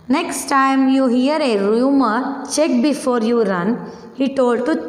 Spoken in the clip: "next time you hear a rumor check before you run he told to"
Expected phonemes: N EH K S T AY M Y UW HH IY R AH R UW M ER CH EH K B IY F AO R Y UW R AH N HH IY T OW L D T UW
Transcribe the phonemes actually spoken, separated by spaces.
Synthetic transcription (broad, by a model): N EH K S T AY M Y UW HH IY R AH R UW M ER CH EH K B IY F AO R Y UW R AH N HH IY T OW L D T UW